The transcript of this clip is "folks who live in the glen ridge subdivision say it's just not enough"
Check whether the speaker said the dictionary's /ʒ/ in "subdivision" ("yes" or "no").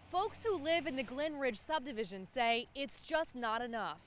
yes